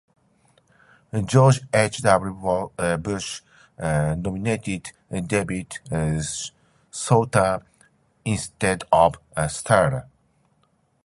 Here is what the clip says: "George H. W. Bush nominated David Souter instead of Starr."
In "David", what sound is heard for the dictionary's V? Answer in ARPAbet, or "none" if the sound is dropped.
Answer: B